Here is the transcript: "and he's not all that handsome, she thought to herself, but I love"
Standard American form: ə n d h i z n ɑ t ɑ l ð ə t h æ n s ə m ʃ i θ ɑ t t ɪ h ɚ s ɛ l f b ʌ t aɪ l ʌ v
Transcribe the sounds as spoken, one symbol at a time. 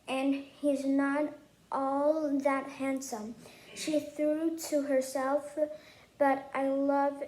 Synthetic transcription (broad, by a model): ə n h i z n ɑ t ɑ l ð ə t h æ n s ə m ʃ i θ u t t ɪ h ɚ s ɛ l f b ʌ t aɪ l ʌ v